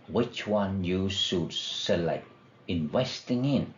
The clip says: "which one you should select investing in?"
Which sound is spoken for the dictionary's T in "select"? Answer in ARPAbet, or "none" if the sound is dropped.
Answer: none